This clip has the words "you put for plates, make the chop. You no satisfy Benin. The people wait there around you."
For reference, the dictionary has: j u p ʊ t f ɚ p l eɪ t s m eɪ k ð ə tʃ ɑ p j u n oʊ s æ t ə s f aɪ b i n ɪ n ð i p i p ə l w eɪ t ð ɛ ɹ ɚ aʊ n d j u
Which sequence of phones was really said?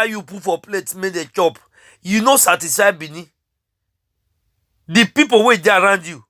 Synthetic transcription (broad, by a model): j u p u f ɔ p l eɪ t m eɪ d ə tʃ ɑ p j u n oʊ s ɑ t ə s f aɪ b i n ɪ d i p i p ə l w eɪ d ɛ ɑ ɹ aʊ n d j u